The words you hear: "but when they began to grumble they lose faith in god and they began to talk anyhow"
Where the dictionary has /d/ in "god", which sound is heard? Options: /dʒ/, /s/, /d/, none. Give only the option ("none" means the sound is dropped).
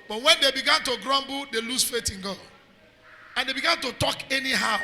none